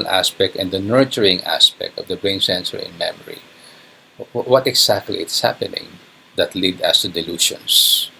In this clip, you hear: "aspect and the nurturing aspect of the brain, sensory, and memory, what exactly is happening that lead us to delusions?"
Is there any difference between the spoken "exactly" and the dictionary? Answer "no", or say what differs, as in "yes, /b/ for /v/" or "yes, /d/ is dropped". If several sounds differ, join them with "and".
yes, /s/ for /z/